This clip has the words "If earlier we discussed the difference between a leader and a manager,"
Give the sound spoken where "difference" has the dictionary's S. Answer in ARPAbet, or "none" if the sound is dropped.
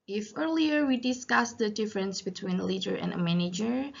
S